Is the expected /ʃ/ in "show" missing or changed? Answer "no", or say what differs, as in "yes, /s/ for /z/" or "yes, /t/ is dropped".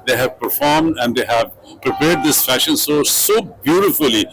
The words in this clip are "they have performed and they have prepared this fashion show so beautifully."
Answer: yes, /s/ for /ʃ/